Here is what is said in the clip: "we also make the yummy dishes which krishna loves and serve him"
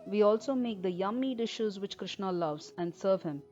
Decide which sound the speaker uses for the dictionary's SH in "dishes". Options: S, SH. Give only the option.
SH